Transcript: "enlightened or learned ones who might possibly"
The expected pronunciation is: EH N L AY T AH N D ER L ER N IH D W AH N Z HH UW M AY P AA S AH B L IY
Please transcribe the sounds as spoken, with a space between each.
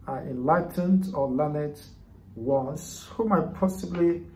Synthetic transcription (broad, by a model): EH N L AY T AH N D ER L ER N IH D W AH Z HH UW M AY P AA S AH B L IY